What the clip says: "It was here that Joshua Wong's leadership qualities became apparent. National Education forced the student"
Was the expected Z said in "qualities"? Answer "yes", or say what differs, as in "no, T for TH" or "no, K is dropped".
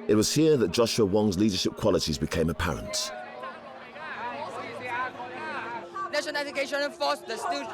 yes